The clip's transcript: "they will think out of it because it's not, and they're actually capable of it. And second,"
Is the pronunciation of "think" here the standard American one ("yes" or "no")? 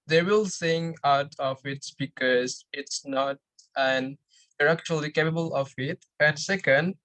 no